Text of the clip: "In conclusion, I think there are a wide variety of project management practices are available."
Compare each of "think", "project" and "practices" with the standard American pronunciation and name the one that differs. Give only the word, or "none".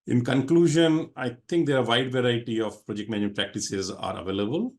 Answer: think